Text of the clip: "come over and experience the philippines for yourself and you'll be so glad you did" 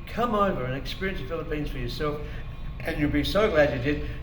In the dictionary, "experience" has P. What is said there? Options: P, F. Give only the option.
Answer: P